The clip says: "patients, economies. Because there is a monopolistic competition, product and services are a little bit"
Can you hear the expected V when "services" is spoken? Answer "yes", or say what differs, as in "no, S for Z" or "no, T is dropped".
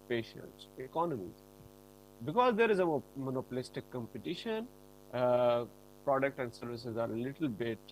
yes